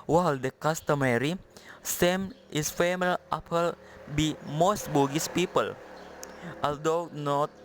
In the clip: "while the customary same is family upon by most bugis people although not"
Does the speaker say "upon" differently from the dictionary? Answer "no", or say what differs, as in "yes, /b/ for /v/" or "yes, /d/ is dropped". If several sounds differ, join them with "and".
yes, /l/ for /n/